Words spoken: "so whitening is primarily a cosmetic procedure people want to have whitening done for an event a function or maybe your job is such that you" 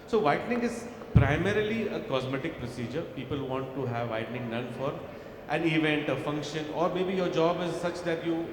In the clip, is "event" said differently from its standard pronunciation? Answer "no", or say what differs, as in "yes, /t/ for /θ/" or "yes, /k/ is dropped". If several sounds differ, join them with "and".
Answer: no